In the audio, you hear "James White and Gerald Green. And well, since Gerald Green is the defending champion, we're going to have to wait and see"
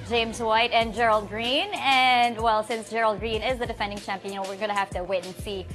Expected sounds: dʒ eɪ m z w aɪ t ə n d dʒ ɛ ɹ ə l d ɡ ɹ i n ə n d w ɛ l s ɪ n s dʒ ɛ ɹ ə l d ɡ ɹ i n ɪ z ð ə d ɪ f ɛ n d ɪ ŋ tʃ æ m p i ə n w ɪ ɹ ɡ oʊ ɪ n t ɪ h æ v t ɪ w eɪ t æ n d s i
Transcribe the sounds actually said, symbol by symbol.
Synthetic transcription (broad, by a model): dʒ eɪ m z w aɪ t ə n dʒ ɛ ɹ l d ɡ ɹ i n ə n w ɛ l s ɪ n s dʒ ɛ ɹ l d ɡ ɹ i n ɪ z ð ə d ɪ f ɛ n d ɪ ŋ tʃ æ m p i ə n w ɪ ɹ ɡ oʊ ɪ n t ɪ h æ f t ɪ w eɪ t n s i